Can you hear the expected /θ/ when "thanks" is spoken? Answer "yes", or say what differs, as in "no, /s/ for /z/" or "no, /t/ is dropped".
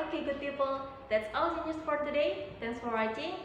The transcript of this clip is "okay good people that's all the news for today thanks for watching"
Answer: no, /t/ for /θ/